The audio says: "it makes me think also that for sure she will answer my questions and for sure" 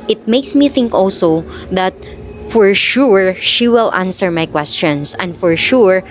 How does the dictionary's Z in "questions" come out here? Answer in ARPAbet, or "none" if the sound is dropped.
S